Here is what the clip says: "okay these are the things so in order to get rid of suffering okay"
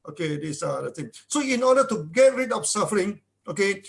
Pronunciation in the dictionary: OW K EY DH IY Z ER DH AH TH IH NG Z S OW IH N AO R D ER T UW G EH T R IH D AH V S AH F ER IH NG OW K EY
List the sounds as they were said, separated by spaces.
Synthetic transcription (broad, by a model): OW K EY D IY S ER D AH T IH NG S OW IH N AO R D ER T UW G EH T R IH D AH F S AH F ER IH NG OW K EY